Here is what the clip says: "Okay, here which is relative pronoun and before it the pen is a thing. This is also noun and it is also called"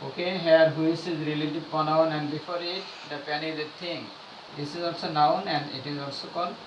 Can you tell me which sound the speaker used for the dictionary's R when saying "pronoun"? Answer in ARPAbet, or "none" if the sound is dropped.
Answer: none